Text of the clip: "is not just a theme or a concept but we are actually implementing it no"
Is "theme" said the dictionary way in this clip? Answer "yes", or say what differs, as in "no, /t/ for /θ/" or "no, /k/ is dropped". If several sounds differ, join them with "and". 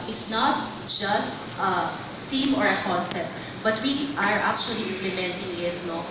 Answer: no, /t/ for /θ/